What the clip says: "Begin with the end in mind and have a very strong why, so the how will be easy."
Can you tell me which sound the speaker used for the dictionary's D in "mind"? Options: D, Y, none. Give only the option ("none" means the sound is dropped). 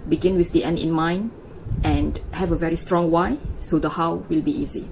none